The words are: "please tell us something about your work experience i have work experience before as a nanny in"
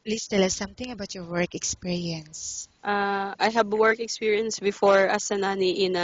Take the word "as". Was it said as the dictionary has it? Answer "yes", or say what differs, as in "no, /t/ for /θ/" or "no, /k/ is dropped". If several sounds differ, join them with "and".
no, /s/ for /z/